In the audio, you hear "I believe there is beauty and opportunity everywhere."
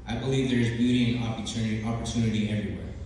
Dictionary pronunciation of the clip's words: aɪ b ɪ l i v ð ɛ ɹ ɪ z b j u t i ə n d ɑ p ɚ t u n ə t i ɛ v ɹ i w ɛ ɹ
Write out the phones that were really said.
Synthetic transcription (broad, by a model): aɪ b ɪ l i v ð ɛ ɹ ɪ z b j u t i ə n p ɑ p ɚ t u n ə t i ɛ v ɹ i w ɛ ɹ